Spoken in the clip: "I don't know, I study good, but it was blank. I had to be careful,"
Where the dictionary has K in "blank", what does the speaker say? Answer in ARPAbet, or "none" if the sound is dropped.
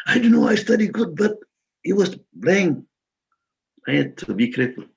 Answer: none